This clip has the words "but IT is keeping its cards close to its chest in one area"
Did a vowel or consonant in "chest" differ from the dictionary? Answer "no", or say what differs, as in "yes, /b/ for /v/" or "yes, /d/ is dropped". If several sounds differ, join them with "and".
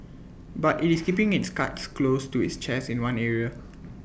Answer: yes, /t/ is dropped